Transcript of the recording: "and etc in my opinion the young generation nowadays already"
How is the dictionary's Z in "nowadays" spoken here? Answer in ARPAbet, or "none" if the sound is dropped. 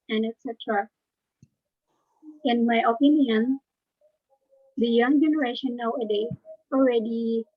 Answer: none